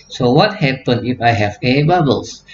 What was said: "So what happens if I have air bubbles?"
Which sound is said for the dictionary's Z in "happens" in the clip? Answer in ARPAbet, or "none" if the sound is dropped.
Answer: none